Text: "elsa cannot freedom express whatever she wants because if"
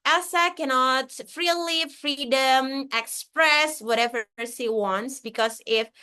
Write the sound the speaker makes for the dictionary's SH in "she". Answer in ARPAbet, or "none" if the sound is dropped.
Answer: S